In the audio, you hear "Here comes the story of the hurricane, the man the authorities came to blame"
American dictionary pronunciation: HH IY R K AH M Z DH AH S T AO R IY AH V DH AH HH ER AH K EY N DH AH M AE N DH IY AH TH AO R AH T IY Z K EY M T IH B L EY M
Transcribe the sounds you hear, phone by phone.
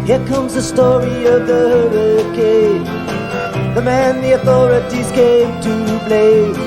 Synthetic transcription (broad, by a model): HH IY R K AH M Z DH AH S T AO R IY AH V DH AH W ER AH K EY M DH AH M AE N DH IY AH TH AO R AH T IY Z K EY M T IH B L EY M